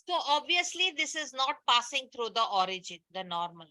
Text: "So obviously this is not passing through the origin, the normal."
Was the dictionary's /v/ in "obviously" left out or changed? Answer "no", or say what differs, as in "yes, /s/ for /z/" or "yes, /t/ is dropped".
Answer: no